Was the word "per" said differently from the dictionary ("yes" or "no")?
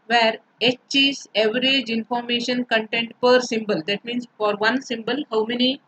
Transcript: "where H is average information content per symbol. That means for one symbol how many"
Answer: no